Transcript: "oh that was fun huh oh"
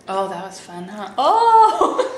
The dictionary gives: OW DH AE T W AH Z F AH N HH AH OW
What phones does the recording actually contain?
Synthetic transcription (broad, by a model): OW DH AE T W AH Z F AH N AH OW